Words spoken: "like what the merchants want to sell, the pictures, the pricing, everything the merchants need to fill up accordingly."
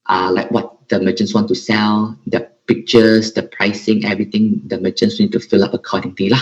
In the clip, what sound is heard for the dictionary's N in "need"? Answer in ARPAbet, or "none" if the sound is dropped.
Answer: N